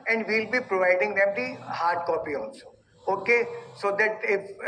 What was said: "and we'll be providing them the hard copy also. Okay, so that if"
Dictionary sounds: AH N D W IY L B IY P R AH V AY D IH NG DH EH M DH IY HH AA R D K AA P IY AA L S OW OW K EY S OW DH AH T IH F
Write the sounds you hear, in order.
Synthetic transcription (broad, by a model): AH N D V IY L B IY P R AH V AY D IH NG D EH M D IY HH AA R D K AA P IY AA N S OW OW K EY S OW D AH T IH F